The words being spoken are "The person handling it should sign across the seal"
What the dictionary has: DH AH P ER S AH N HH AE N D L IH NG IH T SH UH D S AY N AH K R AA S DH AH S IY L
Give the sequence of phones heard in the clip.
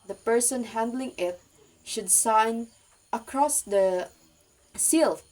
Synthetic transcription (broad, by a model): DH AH P ER S AH N HH AE N D L IH NG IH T SH UH D S AY N AH K R AA S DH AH S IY L